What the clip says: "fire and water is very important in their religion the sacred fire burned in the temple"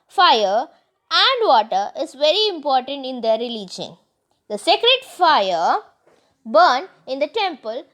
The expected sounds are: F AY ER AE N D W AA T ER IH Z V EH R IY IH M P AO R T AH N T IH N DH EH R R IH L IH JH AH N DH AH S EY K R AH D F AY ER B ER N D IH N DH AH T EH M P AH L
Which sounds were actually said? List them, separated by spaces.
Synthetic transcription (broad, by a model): F AY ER AE N D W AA T ER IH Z V EH R IY IH M P AO R T AH N T IH N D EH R R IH L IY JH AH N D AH S EY K R AH D F AY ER B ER N IH N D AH T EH M P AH L